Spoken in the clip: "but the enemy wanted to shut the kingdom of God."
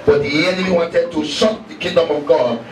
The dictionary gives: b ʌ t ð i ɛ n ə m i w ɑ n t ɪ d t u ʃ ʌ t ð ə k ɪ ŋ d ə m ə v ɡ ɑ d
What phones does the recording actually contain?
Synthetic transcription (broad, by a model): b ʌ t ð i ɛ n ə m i w ɑ n t ɪ d t u s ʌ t ð ə k ɪ ŋ d ə m ə v ɡ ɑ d